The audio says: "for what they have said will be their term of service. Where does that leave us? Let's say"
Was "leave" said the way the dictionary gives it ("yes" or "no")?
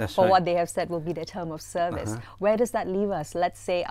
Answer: yes